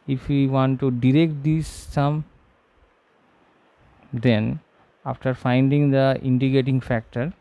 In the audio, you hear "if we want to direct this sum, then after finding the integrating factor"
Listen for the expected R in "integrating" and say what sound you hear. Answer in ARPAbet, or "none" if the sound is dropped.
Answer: none